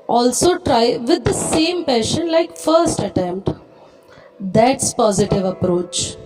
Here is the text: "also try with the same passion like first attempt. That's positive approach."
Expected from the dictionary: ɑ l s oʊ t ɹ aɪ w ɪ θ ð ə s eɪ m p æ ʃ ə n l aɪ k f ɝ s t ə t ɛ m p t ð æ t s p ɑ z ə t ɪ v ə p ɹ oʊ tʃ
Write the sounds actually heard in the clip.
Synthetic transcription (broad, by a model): ɑ l s oʊ t ɹ aɪ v ɪ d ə s eɪ m p æ ʃ ə n l aɪ k f ɝ s t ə t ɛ m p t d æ t s p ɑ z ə t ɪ v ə p ɹ oʊ tʃ